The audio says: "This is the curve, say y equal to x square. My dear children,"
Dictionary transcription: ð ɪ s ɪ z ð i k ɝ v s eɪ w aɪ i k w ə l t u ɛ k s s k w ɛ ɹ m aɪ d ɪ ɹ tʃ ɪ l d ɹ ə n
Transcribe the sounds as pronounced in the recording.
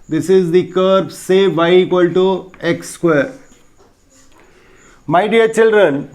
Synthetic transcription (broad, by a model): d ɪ s ɪ z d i k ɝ b s eɪ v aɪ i k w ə l t u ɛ k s s k w ɛ ɹ m aɪ d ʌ ɹ tʃ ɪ l d ɹ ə n